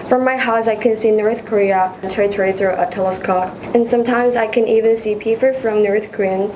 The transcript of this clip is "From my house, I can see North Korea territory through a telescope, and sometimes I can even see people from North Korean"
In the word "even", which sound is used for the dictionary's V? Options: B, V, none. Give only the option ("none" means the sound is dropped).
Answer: V